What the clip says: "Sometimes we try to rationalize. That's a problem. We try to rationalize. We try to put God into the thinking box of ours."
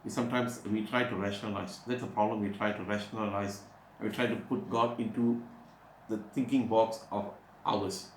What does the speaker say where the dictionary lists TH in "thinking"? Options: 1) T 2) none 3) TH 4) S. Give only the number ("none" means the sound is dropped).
1